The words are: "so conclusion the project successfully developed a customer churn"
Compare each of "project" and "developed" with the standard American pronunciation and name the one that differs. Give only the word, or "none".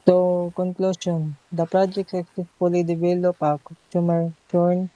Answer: developed